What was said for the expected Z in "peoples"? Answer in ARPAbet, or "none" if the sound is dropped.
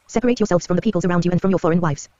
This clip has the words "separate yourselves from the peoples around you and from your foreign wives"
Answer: Z